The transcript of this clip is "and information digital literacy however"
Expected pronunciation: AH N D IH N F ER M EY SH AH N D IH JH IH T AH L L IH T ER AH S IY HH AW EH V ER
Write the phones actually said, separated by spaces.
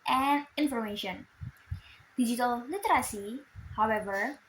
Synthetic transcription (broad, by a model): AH N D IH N F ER M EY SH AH N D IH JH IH T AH L L IH T ER AH S IY HH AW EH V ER